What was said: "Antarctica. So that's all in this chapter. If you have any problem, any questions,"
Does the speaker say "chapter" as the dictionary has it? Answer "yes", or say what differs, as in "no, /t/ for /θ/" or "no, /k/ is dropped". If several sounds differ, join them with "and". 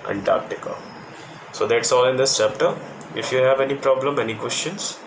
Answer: yes